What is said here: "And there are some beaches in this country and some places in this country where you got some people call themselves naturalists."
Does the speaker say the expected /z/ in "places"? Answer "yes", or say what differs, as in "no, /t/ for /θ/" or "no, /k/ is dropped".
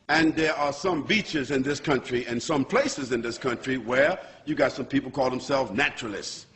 yes